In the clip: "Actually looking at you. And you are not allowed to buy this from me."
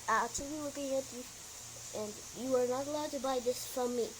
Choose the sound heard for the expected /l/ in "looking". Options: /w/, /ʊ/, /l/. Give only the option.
/l/